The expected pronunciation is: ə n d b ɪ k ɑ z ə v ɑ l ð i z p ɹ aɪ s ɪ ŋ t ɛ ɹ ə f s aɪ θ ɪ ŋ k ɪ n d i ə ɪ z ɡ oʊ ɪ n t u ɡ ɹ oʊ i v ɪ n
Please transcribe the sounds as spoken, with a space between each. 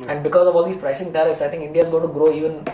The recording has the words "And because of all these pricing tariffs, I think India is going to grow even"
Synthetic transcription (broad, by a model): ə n d b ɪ k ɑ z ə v ɑ l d i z p ɹ aɪ s ɪ ŋ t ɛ ɹ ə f s aɪ t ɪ ŋ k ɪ n d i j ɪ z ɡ oʊ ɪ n t u ɡ ɹ oʊ i v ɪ n